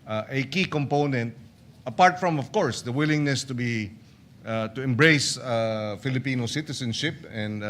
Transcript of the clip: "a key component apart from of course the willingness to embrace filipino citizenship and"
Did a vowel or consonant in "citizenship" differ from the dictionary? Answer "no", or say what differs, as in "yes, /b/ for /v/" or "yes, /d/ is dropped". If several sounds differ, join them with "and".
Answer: yes, /s/ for /z/